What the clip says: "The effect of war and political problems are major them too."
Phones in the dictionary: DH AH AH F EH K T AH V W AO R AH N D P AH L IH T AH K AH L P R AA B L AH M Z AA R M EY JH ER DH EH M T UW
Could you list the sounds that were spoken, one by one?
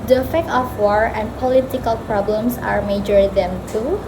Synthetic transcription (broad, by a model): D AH AH F EH K T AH F W AO R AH N P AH L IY T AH K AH L P R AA B L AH M S AA R M EY JH ER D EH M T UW